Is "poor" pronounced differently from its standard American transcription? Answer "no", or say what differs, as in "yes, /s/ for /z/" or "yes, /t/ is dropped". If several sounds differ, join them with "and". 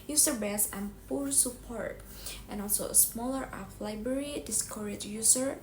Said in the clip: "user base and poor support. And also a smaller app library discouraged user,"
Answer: no